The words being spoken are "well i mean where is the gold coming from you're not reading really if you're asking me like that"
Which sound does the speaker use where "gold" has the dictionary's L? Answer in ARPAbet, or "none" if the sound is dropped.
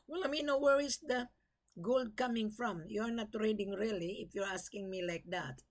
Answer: L